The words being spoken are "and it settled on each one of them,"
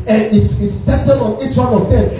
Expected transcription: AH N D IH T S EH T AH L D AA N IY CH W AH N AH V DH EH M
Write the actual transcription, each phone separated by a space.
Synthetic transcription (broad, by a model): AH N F IH T S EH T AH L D AA N IY CH W AH N AH V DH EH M